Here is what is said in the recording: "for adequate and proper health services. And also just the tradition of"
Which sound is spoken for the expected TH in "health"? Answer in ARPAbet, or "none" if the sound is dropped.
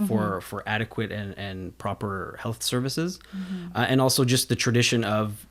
TH